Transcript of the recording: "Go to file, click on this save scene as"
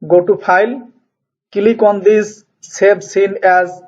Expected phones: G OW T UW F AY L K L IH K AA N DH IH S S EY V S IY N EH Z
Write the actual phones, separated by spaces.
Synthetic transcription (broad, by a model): G OW T UW P AY L K L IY K AA N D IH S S EY B S IY N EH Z